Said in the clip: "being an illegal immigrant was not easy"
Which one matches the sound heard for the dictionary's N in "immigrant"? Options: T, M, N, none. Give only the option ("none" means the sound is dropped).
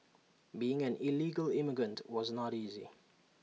N